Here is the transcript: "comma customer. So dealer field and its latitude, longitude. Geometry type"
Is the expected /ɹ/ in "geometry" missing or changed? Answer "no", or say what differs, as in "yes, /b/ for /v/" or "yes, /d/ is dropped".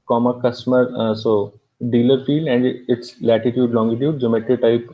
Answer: yes, /ɹ/ is dropped